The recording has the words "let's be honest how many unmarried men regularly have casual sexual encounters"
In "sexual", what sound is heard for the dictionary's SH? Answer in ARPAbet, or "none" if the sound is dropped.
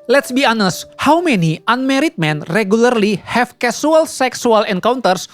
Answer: S